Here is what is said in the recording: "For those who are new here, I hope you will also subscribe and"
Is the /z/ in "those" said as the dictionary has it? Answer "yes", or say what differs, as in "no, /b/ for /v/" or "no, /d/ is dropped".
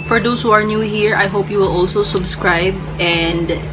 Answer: no, /s/ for /z/